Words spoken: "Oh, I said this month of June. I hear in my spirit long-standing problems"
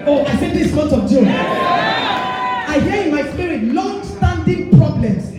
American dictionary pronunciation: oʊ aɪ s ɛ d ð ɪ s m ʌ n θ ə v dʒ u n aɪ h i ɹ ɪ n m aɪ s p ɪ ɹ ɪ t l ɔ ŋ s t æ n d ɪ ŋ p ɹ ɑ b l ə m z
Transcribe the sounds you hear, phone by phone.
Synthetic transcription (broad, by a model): oʊ aɪ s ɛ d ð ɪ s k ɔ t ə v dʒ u aɪ h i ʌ ɪ n m aɪ s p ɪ ɹ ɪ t l ɔ ŋ s t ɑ n d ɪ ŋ p ɹ ɑ b l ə m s